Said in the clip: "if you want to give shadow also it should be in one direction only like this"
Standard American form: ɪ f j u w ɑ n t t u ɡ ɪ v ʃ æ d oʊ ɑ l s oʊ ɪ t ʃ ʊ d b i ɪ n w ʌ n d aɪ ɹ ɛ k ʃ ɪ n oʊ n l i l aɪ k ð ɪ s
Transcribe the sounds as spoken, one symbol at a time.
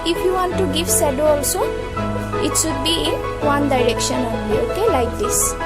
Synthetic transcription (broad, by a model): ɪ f j u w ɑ n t t u ɡ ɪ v s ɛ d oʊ ɑ l s oʊ ɪ t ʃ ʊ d b i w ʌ n d aɪ ɹ ɛ k ʃ ɪ n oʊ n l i l aɪ k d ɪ s